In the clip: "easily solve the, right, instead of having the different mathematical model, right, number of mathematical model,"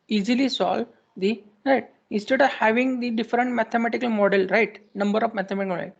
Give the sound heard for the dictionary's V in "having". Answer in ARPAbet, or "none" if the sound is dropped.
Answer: V